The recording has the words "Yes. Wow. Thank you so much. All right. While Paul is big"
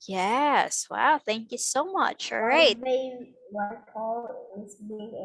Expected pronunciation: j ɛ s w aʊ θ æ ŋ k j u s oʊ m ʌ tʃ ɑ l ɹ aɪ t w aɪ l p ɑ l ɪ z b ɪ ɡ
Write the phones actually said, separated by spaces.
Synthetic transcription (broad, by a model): j ɛ s w aʊ θ æ ŋ k j u s oʊ m ʌ tʃ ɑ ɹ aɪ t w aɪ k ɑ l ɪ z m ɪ